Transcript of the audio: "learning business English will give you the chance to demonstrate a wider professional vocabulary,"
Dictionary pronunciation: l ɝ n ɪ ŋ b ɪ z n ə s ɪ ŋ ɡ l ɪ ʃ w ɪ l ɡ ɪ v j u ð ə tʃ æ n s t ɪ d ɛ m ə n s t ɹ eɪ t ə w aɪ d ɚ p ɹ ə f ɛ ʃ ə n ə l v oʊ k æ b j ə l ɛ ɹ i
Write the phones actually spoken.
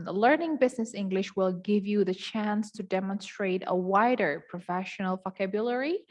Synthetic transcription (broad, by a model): l ɝ n ɪ ŋ b ɪ z n ə s ɪ ŋ ɡ l ɪ ʃ w ɪ l ɡ ɪ v j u ð ə tʃ æ n s t ɪ d ɛ m ə n s t ɹ eɪ t ə w aɪ d ɚ p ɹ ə f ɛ ʃ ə n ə l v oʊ k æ b j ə l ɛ ɹ i